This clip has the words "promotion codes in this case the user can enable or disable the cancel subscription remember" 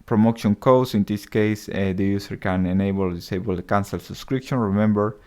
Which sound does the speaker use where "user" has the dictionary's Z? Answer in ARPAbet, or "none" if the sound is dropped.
S